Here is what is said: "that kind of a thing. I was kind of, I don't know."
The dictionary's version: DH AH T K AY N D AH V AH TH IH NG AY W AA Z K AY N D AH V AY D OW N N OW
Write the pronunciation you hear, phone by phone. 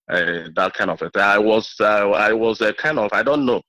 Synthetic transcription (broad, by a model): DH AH T K AY N D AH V AH T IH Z AY W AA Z K AY N D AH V AY D OW N N OW